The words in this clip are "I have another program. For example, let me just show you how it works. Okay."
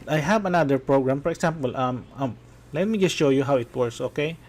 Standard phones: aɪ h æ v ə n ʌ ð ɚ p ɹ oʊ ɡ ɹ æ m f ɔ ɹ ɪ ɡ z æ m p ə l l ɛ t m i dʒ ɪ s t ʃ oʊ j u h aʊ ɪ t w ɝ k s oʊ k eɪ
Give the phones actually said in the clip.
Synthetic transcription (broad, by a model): aɪ h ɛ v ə n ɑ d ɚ p ɹ oʊ ɡ ɹ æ m f ɔ ɹ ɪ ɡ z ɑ m p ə l l ɛ t m i dʒ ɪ s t ʃ oʊ j u h aʊ ɪ t w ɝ s oʊ k eɪ